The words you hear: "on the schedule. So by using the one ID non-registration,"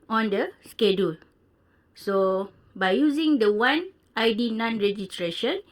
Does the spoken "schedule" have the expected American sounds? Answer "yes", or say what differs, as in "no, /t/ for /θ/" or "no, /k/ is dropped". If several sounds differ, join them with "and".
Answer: yes